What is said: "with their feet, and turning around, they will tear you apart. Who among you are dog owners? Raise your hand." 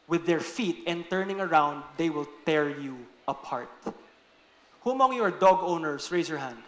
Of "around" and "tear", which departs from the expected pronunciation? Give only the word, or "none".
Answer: none